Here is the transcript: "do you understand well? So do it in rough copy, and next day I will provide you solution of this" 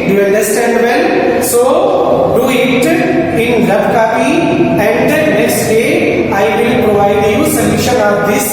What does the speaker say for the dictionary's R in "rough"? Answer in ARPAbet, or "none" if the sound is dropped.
L